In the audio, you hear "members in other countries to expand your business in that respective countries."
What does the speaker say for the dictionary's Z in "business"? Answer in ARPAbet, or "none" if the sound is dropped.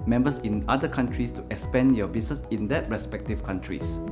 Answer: S